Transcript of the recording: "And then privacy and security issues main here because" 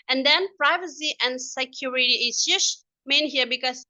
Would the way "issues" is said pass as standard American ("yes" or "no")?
no